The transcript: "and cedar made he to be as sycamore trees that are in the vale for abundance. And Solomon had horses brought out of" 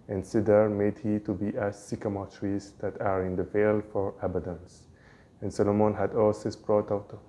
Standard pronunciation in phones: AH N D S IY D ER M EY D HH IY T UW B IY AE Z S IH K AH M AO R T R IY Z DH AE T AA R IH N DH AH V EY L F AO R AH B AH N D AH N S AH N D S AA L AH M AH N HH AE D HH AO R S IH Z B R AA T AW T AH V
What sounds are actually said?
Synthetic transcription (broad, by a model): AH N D S IY D ER M EY D HH IY T UW B IY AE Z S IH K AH M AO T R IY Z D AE T AA R IH N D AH V EY L F AO R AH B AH D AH N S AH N S AA L AH M AH N HH AE D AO L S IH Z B R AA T AW T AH